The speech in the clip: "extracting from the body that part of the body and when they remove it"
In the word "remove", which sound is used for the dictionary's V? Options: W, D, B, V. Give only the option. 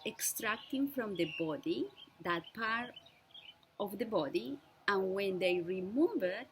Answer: B